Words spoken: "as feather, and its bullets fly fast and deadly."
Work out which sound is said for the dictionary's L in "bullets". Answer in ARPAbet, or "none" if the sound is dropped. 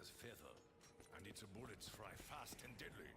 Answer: L